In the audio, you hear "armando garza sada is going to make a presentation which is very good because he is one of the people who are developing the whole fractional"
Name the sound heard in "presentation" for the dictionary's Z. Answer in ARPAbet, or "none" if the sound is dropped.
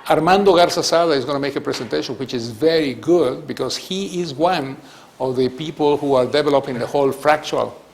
S